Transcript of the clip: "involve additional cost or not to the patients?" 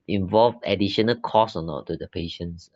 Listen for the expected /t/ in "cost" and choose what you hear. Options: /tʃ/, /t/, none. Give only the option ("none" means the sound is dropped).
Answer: none